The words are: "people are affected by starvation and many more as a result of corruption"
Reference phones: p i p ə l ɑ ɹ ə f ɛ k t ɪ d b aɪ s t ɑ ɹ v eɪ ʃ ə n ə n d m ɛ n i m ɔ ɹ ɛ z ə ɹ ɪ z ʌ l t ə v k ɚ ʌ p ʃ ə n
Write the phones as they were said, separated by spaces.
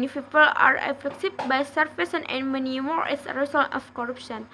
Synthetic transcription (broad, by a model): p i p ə l ɑ ɹ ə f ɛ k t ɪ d b aɪ s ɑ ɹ f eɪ s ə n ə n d m ɛ n i m ɔ ɹ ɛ s ə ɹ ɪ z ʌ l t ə f k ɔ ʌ p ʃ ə n